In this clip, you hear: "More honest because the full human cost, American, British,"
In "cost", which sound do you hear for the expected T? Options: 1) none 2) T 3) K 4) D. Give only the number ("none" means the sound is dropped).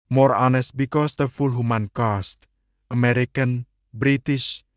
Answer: 2